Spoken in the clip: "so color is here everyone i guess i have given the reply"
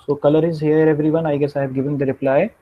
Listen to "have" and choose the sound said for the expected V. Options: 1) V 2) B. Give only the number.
2